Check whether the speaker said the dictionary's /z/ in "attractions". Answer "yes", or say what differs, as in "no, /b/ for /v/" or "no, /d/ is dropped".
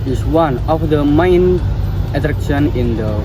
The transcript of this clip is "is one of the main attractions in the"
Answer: no, /z/ is dropped